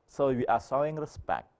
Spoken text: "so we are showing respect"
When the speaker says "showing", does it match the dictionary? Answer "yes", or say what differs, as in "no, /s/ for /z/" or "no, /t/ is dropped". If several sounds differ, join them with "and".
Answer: no, /s/ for /ʃ/